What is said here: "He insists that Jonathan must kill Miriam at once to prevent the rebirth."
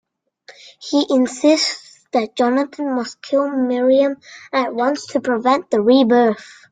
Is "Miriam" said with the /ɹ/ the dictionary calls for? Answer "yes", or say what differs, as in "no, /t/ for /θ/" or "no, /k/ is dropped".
yes